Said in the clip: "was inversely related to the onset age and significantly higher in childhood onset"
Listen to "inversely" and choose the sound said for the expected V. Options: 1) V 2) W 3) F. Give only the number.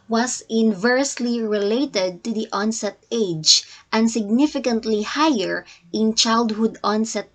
1